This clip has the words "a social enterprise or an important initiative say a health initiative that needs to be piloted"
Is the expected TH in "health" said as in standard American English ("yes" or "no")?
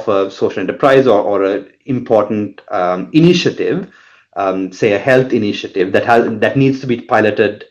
no